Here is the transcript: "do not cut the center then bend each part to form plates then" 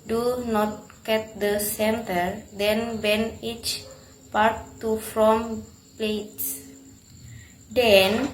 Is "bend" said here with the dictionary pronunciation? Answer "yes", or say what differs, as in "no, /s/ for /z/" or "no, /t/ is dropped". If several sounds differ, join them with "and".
no, /d/ is dropped